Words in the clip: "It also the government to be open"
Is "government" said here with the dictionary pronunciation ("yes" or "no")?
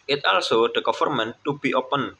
no